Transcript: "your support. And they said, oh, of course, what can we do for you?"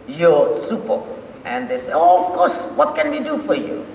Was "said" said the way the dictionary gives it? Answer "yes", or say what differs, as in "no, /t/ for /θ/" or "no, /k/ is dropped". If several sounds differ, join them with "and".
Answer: no, /d/ is dropped